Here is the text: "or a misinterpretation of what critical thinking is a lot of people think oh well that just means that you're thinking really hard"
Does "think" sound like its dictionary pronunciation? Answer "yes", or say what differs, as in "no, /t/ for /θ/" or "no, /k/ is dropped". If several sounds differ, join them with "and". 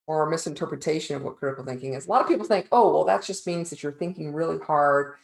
yes